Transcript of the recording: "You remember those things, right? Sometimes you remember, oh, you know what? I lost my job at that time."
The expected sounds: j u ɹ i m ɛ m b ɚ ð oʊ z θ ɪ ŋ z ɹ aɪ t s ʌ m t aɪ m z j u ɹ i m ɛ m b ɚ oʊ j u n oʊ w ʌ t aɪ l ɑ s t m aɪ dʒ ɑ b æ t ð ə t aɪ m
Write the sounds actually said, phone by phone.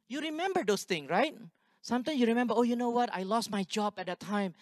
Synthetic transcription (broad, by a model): j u ɹ i m ɛ m b ɚ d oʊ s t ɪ ŋ ɹ aɪ t s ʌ m t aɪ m j u ɹ i m ɛ m b ɚ oʊ j u n oʊ w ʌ t aɪ l ɑ s t m aɪ dʒ ɑ b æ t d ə t aɪ m